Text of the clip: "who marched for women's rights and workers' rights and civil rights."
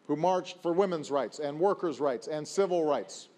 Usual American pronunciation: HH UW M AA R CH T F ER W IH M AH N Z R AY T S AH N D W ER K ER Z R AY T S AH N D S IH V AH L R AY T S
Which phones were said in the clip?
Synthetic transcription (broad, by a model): HH UW M AA R CH T F ER W IH M AH N Z R AY T S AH N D W ER K ER Z R AY T S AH N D S IH V AH L R AY T S